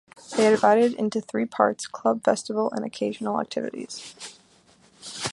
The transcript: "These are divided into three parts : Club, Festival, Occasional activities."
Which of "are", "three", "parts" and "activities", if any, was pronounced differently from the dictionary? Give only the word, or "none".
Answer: none